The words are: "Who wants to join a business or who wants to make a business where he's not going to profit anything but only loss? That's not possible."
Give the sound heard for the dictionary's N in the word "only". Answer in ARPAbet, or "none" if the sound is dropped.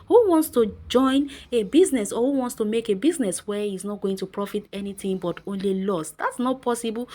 N